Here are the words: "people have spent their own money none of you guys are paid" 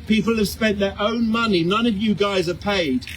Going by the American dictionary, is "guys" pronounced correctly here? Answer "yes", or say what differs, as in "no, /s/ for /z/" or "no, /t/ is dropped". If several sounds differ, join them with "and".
yes